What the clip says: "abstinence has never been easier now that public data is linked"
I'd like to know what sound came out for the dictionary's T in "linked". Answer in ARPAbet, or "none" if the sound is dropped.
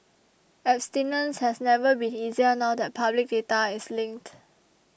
T